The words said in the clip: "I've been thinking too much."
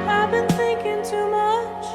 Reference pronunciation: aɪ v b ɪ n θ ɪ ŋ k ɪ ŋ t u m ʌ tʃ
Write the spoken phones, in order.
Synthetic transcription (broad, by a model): aɪ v b ɪ n θ ɪ ŋ k ɪ ŋ t u m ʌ tʃ